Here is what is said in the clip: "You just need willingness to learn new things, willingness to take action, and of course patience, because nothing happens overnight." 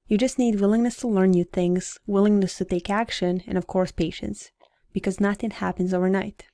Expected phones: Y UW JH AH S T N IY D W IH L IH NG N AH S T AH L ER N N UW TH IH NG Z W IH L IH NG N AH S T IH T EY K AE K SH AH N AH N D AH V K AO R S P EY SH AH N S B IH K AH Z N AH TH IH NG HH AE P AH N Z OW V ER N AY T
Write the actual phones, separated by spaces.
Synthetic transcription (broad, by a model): Y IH JH AH S T N IY D W IH L IH NG N AH S T AH L ER N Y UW TH IH NG Z W IH L IH NG N AH S T IH T EY K AE K SH AH N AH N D AH V K AO R S P EY SH AH N S B IH K AH Z N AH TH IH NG HH AE P AH N Z OW V ER N AY T